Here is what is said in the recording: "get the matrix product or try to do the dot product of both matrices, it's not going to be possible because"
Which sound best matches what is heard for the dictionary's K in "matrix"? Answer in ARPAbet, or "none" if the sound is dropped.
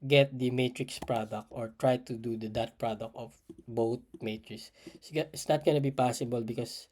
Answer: K